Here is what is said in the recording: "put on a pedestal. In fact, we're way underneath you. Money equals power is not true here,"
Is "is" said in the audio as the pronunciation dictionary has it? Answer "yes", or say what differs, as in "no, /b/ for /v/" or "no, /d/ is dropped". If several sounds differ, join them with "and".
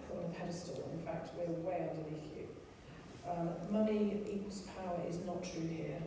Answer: yes